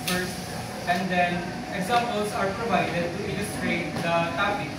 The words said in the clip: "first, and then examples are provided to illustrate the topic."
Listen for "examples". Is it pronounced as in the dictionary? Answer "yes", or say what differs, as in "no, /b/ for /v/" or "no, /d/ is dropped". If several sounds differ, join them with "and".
no, /p/ is dropped